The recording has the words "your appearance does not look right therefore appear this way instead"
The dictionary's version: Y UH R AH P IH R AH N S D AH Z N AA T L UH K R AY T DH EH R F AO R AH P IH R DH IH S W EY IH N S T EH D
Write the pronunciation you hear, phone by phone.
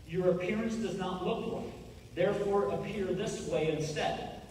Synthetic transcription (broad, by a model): Y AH R AH P IH R AH N S D AH Z N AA T L UH K L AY DH EH R F AO R AH P IH R DH IH S W EY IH N S T EH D